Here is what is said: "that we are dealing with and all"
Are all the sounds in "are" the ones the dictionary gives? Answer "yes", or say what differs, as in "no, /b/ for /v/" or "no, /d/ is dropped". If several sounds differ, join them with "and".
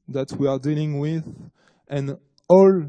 yes